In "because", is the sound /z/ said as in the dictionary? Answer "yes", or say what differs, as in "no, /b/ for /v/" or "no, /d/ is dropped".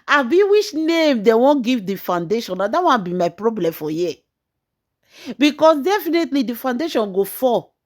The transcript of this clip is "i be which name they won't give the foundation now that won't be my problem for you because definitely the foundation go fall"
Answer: no, /s/ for /z/